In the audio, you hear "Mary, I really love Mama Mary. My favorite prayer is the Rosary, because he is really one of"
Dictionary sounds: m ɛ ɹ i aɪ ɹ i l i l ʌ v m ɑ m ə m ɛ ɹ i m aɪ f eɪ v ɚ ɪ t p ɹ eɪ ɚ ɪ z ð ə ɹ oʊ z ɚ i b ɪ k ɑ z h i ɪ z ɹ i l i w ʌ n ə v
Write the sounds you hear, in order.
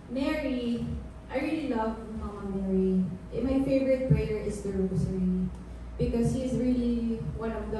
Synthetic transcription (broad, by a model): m ɛ ɹ i aɪ ɹ i l i l ʌ v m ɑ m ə m ɛ ɹ i m aɪ f eɪ v ɚ ɪ t p ɹ eɪ ɚ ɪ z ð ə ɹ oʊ s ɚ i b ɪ k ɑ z h i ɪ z ɹ i l i w ʌ n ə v